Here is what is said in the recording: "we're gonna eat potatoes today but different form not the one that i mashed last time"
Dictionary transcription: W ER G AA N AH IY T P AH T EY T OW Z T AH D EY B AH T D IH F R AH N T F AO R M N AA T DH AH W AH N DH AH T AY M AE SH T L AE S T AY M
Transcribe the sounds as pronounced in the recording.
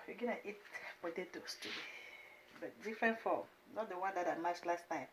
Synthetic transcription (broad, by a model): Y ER G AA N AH IY T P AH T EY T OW S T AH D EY B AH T D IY F R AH N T F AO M N AA T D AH W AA N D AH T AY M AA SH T L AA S T AY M